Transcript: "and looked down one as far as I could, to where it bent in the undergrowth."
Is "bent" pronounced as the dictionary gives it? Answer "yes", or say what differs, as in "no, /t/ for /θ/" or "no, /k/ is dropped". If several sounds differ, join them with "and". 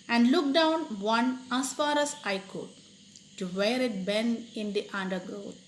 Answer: no, /t/ is dropped